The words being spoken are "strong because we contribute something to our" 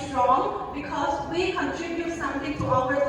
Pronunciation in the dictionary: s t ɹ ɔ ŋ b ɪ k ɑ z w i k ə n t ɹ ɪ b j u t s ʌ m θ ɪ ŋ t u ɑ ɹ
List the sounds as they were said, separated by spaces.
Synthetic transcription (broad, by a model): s t ɹ ɔ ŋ b ɪ k ɑ z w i k ə n t ɹ ɪ b j u t s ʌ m t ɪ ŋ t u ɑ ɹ